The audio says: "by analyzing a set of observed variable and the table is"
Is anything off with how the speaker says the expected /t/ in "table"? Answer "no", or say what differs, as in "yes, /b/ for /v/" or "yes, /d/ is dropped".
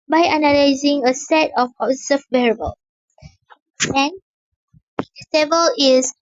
yes, /s/ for /t/